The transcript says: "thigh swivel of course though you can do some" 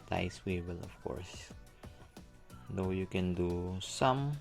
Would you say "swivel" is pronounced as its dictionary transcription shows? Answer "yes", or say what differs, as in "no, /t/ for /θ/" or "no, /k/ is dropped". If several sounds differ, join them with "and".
no, /w/ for /v/